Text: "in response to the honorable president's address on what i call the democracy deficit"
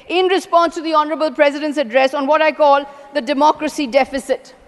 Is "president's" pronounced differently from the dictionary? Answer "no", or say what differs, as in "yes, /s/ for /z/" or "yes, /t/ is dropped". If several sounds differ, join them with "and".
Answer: no